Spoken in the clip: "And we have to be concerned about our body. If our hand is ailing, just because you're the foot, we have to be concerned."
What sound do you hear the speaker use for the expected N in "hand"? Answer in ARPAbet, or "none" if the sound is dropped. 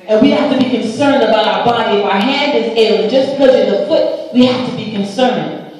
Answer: N